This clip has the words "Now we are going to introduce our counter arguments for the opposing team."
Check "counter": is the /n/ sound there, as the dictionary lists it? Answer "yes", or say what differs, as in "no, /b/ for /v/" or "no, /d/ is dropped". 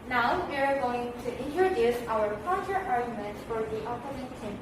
no, /n/ is dropped